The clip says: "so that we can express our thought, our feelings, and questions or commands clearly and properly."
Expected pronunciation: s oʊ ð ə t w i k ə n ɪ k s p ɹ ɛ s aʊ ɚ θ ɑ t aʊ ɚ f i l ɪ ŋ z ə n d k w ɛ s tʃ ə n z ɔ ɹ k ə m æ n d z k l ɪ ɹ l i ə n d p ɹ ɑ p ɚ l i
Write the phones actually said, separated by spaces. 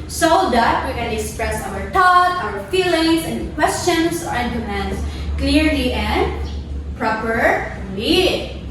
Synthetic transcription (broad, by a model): s oʊ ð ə t w i k ə n ɪ k s p ɹ ɛ s aʊ ɚ t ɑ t aʊ ɚ f i l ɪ ŋ s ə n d k w ɛ s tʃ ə n s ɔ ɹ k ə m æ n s k l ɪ ɹ l i ə n d p ɹ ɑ p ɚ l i